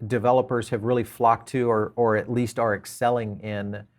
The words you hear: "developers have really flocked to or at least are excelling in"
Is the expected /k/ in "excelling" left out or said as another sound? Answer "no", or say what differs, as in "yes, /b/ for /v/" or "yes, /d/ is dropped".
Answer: no